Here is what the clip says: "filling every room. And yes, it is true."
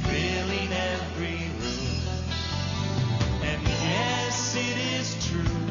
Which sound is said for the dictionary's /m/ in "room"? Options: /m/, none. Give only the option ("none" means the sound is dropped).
none